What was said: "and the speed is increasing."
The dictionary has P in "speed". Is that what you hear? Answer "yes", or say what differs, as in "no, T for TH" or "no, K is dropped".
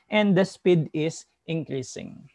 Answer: yes